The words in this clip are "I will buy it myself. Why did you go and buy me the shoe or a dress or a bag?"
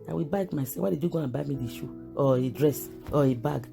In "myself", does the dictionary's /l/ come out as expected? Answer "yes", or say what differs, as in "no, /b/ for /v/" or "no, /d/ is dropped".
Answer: no, /l/ is dropped